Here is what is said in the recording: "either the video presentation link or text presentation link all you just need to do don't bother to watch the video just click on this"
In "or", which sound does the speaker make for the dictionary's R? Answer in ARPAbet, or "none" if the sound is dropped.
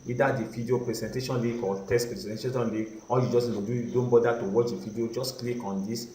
L